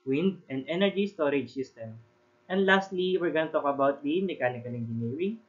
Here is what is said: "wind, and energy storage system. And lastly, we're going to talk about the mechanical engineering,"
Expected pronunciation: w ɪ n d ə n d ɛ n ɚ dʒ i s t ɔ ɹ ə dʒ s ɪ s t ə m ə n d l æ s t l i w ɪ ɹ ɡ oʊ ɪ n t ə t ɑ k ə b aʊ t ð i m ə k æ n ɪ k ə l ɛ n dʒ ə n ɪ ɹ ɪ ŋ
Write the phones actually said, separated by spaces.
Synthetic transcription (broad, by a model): w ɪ n d ə n d ɛ n ɚ dʒ i s t ɔ ɹ ə dʒ s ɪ s t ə m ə n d l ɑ s t l i w ɪ ɹ ɡ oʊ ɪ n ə t ɑ k ə b aʊ t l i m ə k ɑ l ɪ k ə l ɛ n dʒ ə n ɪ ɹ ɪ